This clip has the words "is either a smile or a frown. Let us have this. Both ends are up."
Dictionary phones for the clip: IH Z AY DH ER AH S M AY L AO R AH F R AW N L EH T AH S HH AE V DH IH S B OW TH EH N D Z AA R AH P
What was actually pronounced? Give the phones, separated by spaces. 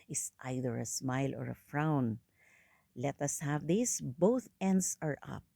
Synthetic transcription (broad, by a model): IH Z AY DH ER AH S M AY L AO R AH F R AW N L EH T AH S HH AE V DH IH S B OW TH EH N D S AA R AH P